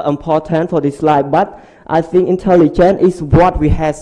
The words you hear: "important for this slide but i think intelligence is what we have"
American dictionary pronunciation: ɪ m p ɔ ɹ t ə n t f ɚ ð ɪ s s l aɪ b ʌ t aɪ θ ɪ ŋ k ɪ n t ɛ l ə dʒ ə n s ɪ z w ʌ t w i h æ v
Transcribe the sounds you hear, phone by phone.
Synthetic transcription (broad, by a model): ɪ m p ɔ t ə n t f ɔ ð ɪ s s l aɪ b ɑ t aɪ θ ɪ ŋ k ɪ n t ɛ l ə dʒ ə n ɪ s w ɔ t w i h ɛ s